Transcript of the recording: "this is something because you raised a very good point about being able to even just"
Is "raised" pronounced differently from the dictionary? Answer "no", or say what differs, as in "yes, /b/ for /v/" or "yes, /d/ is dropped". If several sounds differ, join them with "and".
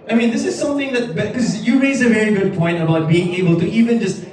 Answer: yes, /d/ is dropped